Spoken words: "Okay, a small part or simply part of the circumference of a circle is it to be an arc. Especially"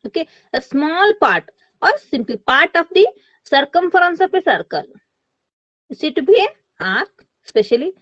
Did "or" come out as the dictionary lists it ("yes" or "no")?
yes